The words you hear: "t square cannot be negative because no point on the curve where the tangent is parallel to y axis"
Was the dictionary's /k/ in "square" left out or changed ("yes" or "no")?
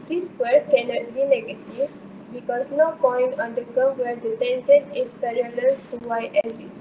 yes